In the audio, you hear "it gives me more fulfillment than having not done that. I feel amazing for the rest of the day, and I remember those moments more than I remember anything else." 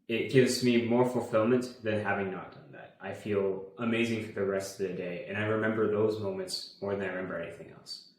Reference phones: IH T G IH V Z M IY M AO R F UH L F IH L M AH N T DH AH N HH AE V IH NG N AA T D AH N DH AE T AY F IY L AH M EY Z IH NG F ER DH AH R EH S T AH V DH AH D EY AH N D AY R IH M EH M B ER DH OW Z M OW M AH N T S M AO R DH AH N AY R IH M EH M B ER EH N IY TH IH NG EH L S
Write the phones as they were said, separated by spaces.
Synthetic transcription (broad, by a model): IH T G IH V Z M IY M AO R F L F IH L M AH N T DH AH N HH AE V IH NG N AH T D AH N DH AE T AY F IY L AH M EY Z IH NG F ER DH AH R EH S T AH V DH AH D EY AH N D AY R IH M EH M B ER DH OW Z M OW M AH N T S M AO R DH AH N AY R IH M EH M B ER EH N IY TH IH NG EH L S